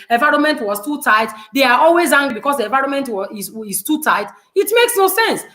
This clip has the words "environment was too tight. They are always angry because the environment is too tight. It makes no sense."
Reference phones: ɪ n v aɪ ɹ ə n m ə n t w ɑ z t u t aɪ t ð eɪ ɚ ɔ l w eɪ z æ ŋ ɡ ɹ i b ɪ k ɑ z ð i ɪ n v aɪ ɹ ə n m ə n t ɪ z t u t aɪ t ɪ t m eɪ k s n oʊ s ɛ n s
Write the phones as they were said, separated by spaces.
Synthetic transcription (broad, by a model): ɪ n v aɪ ɹ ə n m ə n t w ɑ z t u t aɪ t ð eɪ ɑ ɔ l w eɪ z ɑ ŋ ɡ ɹ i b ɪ k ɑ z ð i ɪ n v aɪ ɹ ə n m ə n t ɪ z t u t aɪ t ɪ t m eɪ k s n oʊ s ɛ n s